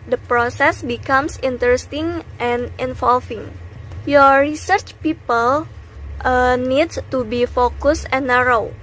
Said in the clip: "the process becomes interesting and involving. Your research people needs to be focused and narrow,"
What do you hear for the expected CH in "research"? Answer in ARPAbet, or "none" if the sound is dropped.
CH